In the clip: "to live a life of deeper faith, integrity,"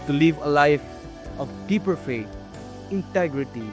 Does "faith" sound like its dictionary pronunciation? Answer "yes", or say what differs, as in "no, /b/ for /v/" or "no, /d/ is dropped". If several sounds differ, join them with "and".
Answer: no, /t/ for /θ/